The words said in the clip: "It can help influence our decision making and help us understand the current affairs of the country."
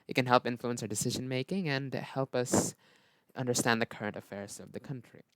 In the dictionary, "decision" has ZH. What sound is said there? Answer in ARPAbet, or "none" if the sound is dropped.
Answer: ZH